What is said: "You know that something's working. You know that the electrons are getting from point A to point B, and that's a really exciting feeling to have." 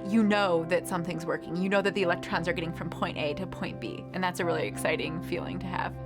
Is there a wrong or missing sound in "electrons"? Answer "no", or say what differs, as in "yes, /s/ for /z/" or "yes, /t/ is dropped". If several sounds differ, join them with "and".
no